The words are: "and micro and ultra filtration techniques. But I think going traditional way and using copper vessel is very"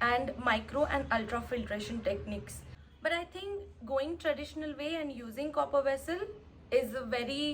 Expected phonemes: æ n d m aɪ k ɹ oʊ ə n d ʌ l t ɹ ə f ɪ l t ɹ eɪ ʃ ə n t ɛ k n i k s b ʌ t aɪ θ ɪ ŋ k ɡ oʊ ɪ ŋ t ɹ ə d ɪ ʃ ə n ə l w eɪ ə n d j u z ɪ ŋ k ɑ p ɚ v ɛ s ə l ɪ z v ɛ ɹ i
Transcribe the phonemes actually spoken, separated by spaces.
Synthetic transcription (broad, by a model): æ n d m aɪ k ɹ oʊ ə n d ʌ l t ɹ ə f ɪ l t ɹ eɪ ʃ ə n t ɛ k n i k s b ʌ t aɪ t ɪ ŋ k ɡ oʊ ɪ ŋ t ɹ ə d ɪ ʃ ə n ə l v eɪ ə n d j u z ɪ ŋ k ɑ p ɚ v ɛ s ə l ɪ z v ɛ ɹ i